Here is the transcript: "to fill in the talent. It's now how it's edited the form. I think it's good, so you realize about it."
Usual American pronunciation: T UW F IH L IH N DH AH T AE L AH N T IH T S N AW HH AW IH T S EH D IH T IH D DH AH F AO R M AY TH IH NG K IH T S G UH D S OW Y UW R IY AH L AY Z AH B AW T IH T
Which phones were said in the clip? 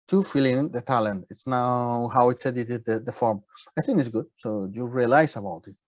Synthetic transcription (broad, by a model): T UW F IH L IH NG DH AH T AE L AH N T IH T S N AW HH AW IH T S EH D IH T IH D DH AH F AO R M AY TH IH NG K IH T S G UH D S OW Y UW R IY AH L AY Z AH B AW T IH T